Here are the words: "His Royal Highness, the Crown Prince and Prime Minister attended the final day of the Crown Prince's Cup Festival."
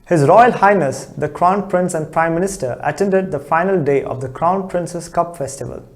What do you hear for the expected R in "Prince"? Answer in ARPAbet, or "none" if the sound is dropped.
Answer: R